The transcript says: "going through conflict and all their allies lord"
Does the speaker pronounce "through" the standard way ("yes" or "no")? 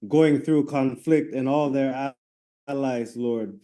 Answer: yes